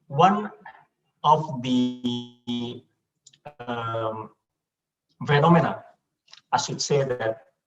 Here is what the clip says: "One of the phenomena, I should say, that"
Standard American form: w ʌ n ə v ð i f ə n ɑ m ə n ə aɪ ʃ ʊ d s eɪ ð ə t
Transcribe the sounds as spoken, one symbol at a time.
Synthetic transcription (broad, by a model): w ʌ n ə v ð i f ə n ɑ m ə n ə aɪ s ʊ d s eɪ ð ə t